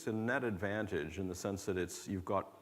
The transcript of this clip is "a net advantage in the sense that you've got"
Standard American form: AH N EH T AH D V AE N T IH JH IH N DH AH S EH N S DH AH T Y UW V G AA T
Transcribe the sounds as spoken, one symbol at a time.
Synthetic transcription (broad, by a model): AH N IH T AH D V AE N T IH JH IH N DH AH S EH N S DH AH T Y UW V G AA T